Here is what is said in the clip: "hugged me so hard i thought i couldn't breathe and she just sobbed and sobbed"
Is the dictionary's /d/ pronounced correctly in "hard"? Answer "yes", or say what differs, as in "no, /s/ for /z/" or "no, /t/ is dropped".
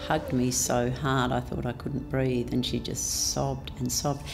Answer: yes